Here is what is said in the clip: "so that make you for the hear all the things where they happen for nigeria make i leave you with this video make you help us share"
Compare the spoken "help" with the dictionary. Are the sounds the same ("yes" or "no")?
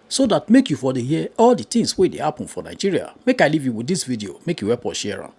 no